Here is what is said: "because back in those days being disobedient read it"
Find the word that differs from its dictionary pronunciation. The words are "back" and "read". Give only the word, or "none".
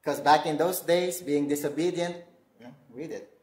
read